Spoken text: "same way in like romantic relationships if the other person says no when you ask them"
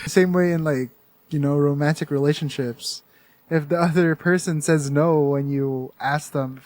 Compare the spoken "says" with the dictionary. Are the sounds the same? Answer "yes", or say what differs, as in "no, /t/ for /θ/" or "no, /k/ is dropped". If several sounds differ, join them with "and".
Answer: yes